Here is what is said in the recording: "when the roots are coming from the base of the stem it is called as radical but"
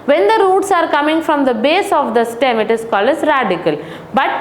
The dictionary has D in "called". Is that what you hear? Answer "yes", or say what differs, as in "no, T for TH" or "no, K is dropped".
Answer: no, D is dropped